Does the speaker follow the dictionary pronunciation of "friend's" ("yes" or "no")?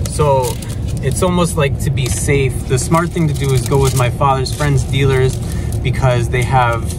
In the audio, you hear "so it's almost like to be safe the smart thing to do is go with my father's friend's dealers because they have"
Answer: yes